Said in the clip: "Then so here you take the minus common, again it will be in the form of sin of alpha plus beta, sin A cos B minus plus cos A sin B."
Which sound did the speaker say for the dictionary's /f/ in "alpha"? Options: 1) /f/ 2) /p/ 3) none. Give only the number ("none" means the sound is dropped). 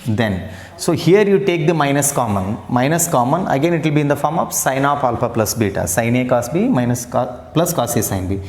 2